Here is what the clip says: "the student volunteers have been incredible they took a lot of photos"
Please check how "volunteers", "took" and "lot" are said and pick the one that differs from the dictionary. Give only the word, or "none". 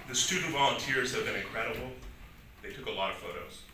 none